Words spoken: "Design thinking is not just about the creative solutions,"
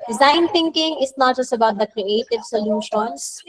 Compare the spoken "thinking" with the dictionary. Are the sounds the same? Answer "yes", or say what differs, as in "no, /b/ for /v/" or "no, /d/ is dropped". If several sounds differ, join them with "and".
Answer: no, /t/ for /θ/